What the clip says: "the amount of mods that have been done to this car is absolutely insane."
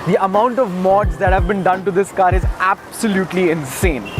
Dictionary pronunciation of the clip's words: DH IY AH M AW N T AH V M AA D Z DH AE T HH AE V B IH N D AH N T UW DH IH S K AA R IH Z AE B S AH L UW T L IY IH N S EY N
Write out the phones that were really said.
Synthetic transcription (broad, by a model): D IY AH M AW N T AH V M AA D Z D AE T HH AE V B IH N D AH N T UW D IH S K AA R IH Z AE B S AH L UW T L IY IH N S EY N